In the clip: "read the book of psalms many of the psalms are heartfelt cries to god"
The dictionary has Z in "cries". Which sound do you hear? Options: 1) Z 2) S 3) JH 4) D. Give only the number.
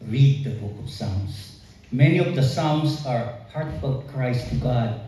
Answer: 2